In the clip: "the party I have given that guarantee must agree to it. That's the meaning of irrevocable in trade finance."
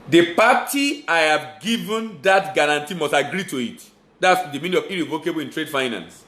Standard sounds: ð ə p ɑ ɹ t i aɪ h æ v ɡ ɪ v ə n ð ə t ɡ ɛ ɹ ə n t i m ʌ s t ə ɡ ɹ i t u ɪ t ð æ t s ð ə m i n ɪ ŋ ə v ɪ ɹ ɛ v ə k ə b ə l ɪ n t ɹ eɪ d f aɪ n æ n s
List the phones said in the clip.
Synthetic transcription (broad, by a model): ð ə p ɑ t i aɪ h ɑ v ɡ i v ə n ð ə t ɡ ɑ ɹ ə n t i m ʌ s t ə ɡ ɹ i t u ɪ t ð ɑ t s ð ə m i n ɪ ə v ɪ ɹ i v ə k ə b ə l ɪ n t ɹ eɪ d f aɪ n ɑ n s